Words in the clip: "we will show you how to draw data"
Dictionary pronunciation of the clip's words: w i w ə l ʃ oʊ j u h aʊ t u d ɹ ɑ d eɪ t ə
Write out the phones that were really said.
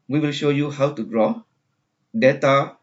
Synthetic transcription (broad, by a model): w i w ə l ʃ oʊ j u h aʊ t u d ɹ ɑ d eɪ t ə